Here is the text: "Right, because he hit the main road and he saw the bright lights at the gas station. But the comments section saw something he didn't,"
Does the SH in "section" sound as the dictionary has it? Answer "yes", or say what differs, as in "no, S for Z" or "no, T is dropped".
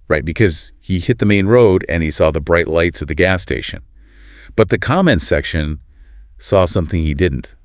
yes